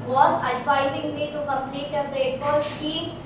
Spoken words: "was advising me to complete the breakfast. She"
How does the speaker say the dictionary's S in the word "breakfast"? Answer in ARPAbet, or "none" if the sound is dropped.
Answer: none